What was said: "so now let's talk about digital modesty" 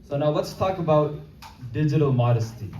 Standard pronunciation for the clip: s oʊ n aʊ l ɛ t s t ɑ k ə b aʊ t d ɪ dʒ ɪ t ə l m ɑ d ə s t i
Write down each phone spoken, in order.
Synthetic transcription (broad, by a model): s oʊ n aʊ w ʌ t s t ɑ k ə b aʊ t d ɪ dʒ ɪ t ə l m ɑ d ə s t i